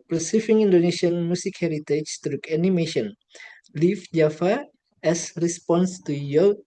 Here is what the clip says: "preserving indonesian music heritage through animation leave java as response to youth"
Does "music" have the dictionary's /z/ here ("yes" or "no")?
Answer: no